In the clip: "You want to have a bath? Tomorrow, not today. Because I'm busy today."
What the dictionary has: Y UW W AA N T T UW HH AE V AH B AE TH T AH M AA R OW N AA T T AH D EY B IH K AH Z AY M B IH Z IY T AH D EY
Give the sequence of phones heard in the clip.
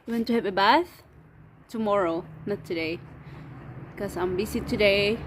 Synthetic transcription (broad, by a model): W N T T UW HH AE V AH B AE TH T AH M AA R OW N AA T T AH D EY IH K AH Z AY M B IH S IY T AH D EY